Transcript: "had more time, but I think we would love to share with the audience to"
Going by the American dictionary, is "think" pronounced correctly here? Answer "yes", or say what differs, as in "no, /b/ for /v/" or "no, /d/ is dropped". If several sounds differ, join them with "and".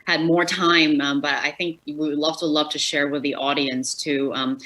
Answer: yes